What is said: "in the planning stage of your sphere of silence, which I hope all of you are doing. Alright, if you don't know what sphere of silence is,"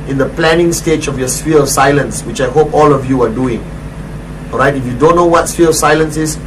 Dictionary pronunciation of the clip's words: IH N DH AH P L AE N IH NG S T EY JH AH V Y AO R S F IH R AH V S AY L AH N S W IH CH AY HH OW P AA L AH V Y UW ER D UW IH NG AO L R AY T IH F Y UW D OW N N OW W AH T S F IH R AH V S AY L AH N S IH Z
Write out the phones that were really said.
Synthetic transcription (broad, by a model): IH N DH AH P L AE N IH NG S T EY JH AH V Y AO S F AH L S AY L AH N S W IH CH AY HH OW P AA L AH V Y UW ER D UW IH NG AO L R AY T IH F Y UW D OW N N OW W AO T S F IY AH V S AY L AH N S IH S